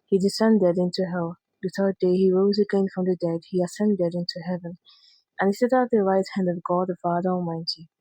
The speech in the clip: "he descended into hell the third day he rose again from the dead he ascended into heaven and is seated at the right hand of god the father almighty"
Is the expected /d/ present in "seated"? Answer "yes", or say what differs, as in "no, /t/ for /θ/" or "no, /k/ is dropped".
no, /d/ is dropped